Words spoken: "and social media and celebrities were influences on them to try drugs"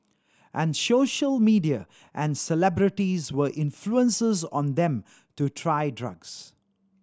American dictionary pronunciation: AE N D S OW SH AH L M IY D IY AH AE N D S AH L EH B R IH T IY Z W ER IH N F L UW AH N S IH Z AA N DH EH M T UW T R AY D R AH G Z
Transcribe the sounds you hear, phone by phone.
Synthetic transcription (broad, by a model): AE N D S OW SH AH L M IY D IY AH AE N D S AH L EH B R IH T IY Z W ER IH N F L UW AH N S IH Z AA N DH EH M T UW T R AY D R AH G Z